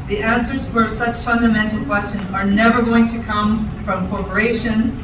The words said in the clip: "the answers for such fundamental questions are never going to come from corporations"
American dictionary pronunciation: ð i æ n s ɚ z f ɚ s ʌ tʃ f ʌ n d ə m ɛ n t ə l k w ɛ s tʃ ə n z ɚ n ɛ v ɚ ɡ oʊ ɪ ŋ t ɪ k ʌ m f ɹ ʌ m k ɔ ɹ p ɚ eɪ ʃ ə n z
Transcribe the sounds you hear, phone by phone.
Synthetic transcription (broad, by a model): ð i æ n s ɚ z f ɚ s ʌ tʃ f ʌ n d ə m ɛ n t l k w ɛ s tʃ ə n z ɚ n ɛ v ɚ ɡ oʊ ɪ ŋ t ɪ k ʌ m f ɹ ʌ m k ɔ ɹ p ɚ eɪ ʃ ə n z